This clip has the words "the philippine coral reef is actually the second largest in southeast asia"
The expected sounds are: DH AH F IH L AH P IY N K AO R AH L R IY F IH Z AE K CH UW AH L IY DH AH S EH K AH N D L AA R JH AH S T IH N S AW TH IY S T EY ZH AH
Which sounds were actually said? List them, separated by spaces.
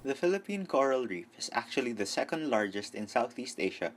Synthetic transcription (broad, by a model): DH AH F IH L AH P IY N K AO R AH L R IY F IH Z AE K CH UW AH L IY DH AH S EH K AH N D L AA R JH AH S T IH N S AW TH IY S T EY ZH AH